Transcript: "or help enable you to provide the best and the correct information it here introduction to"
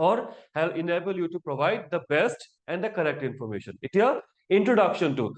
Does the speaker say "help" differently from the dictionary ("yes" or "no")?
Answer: yes